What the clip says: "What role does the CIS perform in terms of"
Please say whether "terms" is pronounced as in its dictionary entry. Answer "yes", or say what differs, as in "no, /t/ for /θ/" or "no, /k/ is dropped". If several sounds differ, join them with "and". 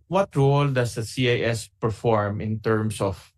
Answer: no, /s/ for /z/